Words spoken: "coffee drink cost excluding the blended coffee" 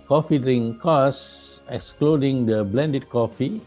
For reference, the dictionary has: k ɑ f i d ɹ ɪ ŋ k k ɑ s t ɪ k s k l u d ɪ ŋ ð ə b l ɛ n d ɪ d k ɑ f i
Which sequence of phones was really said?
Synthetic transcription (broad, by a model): k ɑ f i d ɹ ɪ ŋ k k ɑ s ɪ k s k l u d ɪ ŋ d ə b l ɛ n d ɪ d k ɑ f i